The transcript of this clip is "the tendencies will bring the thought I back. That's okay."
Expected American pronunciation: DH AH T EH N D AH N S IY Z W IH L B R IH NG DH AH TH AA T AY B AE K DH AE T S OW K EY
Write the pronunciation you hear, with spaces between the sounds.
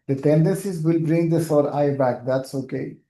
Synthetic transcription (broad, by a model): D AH T EH N D AH N S IY Z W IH L B R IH NG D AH S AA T AY B AE K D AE T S OW K EY